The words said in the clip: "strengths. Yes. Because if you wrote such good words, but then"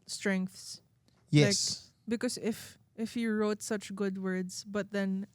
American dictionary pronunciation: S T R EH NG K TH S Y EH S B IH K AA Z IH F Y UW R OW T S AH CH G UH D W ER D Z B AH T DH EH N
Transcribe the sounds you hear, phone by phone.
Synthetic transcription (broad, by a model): S T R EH NG K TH S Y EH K B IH K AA S IH F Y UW R OW T S AH CH G UH D W ER D S B AH T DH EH N